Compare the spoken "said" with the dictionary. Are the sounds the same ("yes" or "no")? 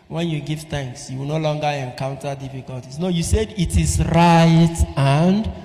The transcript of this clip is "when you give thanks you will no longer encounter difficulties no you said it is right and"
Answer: yes